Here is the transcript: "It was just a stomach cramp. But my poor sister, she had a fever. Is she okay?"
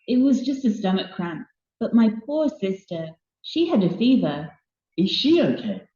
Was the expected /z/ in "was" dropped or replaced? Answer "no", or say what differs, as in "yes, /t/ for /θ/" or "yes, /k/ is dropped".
no